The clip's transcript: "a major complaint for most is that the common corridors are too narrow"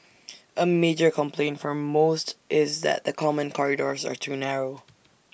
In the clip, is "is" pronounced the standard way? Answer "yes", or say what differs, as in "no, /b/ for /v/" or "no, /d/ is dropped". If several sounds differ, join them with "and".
yes